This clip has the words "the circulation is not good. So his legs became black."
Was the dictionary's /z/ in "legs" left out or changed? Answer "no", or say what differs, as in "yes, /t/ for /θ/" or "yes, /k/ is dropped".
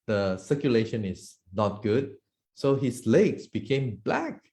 yes, /s/ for /z/